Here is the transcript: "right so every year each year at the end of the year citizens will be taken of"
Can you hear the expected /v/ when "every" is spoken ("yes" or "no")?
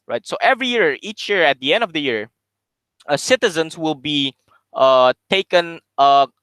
yes